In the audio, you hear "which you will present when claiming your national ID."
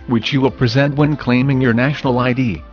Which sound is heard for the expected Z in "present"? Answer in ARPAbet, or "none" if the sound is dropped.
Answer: Z